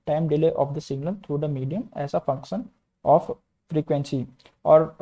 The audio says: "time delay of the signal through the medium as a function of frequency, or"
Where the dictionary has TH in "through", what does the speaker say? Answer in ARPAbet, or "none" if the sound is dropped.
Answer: T